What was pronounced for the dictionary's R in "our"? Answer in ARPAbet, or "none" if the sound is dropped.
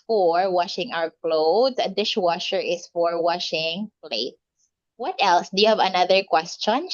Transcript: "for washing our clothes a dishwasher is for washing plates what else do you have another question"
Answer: W